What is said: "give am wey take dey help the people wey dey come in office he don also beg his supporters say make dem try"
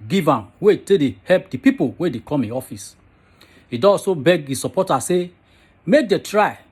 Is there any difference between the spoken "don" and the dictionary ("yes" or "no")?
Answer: yes